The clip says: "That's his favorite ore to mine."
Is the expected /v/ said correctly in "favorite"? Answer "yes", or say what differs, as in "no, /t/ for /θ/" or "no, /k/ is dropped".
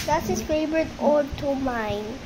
no, /b/ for /v/